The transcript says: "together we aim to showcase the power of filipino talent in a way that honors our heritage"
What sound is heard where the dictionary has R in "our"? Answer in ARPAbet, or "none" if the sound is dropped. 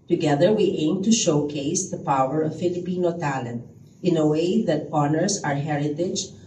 R